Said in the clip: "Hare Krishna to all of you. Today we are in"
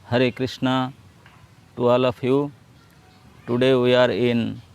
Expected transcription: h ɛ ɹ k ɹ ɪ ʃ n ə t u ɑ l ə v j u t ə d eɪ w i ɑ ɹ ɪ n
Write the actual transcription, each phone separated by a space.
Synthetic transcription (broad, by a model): h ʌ ɹ k ɹ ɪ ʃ n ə t u ɑ l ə p j u t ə d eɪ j ɑ ɹ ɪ n